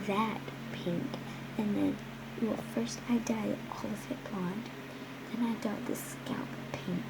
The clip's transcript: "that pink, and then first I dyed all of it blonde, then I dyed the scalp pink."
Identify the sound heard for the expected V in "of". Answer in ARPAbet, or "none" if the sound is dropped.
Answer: F